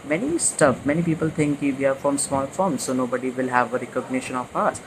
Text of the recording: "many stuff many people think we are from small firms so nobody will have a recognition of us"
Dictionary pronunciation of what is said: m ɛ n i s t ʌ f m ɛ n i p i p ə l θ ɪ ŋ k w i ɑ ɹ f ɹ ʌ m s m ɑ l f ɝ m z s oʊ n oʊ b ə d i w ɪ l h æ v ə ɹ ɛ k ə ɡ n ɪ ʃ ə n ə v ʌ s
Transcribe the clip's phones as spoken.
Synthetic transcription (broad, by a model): m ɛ n i s t ʌ f m ɛ n i p i p ə l t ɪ ŋ k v i ɑ ɹ f ɹ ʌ m s m ɑ l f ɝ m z s oʊ n oʊ b ə d i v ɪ l h æ v ə ɹ ɛ k ə ɡ n ɪ ʃ ə n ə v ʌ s